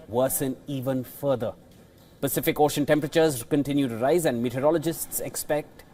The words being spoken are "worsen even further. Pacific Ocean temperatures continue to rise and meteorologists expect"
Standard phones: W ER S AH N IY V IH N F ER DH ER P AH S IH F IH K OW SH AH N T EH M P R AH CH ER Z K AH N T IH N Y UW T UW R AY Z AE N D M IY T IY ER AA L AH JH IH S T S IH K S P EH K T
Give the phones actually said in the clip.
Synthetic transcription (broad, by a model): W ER S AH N IY V IH N F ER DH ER P AH S IH F IH K OW SH AH N T EH M P R AH CH ER Z K AH N T IH N Y UW T UW R AY Z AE N D M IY T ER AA L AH JH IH S T S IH K S P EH K T